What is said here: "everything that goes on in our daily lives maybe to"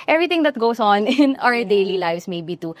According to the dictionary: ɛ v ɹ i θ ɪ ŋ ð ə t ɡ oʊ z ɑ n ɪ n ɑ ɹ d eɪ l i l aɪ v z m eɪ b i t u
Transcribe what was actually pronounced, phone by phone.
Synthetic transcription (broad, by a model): ɛ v ɹ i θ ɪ ŋ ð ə t ɡ oʊ s ɑ n ɪ n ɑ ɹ d eɪ l i l aɪ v s m eɪ b i t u